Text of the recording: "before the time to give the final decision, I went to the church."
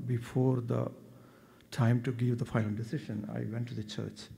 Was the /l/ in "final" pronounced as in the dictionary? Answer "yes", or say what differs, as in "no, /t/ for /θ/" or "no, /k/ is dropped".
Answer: no, /n/ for /l/